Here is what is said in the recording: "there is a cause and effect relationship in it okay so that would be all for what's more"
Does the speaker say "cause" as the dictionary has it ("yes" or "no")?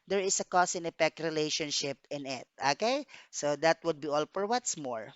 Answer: no